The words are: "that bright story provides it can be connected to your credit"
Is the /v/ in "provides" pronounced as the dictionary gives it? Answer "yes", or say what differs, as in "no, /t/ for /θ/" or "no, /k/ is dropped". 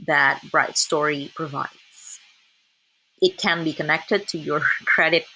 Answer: yes